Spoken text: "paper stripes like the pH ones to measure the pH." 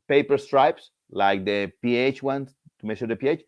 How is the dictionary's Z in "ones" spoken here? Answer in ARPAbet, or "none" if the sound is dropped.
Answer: S